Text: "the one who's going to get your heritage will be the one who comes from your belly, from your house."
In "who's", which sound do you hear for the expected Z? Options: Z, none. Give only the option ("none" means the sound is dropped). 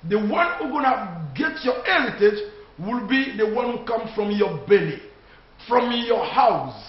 none